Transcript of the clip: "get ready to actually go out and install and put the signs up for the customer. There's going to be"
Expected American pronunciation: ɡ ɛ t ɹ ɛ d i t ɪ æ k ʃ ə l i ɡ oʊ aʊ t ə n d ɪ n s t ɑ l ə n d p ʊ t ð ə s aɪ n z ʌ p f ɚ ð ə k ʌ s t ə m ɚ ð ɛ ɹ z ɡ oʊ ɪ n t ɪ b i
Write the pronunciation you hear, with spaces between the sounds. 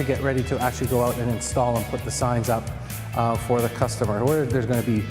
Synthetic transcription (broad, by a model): ɡ ɛ t ɹ ɛ d i t ɪ æ k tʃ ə l i ɡ oʊ aʊ t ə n ɪ n s t ɑ l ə n p ʊ t ð ə s aɪ n z ʌ p f ɚ ð ə k ʌ s t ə m ɚ ð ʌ ɹ z ɡ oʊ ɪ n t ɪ b i